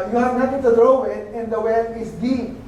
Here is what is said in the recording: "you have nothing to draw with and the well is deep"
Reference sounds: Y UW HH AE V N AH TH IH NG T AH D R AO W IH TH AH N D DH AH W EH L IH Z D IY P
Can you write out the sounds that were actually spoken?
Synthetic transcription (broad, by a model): Y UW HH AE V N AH T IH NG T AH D R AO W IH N AH N D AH W EH L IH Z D IY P